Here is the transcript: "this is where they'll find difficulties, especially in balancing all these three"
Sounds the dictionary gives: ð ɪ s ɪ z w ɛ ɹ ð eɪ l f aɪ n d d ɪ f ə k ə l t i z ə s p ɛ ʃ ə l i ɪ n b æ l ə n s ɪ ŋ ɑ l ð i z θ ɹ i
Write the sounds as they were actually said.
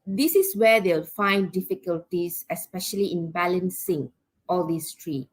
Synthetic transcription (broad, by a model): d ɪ s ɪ s w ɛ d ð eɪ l f aɪ n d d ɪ f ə k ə l t i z ə s p ɛ ʃ ə l i ɪ n b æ l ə n s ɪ ŋ ɑ l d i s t ɹ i